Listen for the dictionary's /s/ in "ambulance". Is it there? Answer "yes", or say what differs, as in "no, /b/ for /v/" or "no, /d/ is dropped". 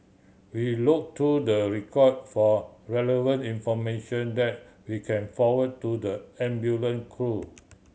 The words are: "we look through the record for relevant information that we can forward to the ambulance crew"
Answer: no, /s/ is dropped